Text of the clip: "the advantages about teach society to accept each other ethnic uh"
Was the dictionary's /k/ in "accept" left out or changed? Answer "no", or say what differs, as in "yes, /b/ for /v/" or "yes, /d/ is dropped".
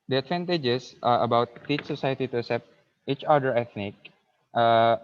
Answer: yes, /k/ is dropped